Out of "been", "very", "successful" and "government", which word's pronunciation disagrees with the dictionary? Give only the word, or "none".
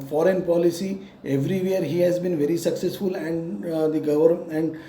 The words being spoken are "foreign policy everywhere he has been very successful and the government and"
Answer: government